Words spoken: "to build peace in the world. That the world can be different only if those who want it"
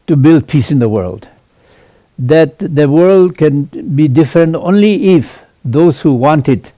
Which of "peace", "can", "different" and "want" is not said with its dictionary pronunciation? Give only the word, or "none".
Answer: none